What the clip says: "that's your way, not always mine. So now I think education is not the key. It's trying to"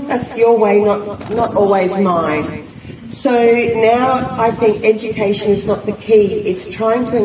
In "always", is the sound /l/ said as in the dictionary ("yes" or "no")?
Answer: yes